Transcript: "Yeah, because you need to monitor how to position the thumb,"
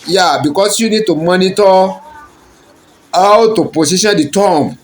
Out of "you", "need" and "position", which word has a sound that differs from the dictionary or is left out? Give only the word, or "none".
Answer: position